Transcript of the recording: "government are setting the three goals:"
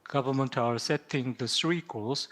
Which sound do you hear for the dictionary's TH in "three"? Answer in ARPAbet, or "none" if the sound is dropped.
S